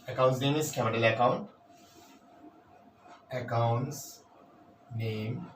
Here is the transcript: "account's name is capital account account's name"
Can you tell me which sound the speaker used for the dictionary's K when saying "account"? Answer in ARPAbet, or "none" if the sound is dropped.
K